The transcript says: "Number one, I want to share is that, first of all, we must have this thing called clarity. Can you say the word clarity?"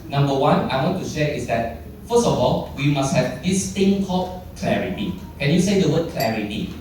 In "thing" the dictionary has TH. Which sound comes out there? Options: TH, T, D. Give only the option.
T